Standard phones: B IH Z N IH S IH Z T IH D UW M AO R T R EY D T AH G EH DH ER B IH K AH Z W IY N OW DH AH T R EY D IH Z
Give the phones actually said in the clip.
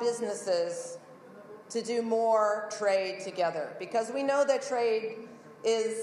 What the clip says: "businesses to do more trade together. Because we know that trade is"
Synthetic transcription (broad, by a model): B IH Z N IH S IH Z T IH D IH M AO R T R EY D T AH G EH DH ER B IH K AH Z W IY N OW DH AH T R EY D IH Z